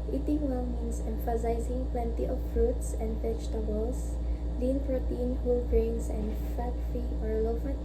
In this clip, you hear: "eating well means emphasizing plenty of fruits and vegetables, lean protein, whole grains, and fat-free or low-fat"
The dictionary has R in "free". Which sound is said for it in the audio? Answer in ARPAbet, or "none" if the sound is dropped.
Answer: none